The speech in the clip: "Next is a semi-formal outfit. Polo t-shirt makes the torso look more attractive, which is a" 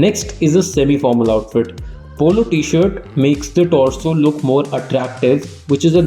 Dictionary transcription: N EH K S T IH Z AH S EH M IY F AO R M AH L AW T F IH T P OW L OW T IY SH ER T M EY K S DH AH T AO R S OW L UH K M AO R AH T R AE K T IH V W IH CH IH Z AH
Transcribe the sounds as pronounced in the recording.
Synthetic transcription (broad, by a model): N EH K S T IH Z AH S EH M IY F AO R M AH L AW T F IH T P OW L OW T IY SH ER T M EY K S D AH T AO L S OW L UH K M AO R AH T R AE K T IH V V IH CH IH Z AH